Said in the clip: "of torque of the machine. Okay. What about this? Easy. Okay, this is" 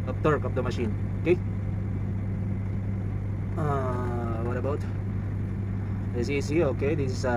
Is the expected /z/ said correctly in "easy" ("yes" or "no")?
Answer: no